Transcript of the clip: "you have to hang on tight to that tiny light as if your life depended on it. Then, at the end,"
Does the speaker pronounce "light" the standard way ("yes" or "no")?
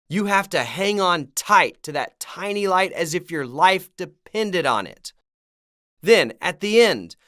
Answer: yes